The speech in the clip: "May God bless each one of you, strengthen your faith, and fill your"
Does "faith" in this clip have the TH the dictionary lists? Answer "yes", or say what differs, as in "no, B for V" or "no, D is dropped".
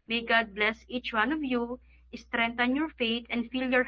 no, T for TH